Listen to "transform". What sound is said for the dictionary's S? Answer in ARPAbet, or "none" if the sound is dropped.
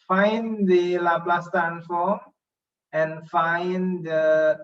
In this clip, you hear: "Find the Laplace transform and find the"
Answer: none